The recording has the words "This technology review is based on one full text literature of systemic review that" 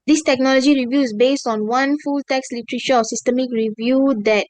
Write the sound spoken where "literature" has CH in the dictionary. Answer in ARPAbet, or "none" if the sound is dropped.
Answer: SH